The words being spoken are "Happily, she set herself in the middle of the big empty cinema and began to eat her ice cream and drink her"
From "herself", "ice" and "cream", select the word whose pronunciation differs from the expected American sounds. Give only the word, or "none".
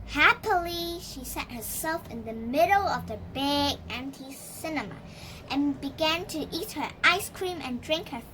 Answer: none